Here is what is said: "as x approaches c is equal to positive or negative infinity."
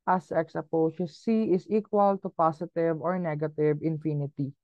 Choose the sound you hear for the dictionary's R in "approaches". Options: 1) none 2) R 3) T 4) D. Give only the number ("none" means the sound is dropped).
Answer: 1